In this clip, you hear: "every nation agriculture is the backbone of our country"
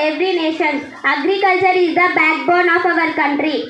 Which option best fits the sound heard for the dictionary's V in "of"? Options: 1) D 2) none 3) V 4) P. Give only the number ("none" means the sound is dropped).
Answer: 3